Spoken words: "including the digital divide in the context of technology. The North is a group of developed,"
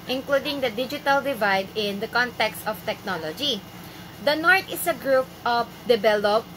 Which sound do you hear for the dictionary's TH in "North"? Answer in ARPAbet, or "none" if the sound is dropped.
T